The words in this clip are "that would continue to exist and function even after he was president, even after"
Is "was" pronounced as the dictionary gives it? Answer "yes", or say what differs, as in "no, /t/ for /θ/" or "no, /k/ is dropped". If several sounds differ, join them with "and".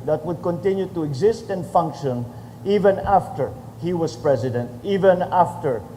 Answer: no, /s/ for /z/